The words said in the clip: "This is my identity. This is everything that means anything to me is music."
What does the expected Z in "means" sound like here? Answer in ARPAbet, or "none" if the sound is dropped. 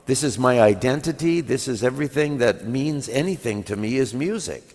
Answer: Z